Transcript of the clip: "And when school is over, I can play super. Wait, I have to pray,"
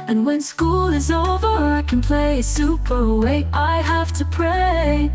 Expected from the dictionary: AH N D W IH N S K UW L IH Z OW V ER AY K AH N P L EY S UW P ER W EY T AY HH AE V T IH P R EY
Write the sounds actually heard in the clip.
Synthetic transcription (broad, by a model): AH N W IH N S K UW L IH Z OW V ER AY K AH N P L EY S UW P ER W EY T AY HH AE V T IH P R EY